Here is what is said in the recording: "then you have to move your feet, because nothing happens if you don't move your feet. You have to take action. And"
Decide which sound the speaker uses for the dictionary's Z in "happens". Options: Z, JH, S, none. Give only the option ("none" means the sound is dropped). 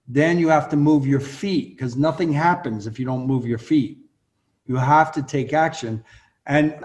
Z